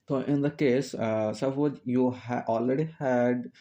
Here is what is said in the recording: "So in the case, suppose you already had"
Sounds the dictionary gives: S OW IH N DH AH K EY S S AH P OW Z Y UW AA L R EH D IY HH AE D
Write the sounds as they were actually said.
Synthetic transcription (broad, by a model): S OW IH N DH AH K EY S S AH F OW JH Y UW AA L R EH D IY HH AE D